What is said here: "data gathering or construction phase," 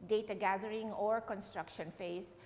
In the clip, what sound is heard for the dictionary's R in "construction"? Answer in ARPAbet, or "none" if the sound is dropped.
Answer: R